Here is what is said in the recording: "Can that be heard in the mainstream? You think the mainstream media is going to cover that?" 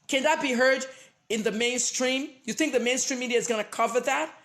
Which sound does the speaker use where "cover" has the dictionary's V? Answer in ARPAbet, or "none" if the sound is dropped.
V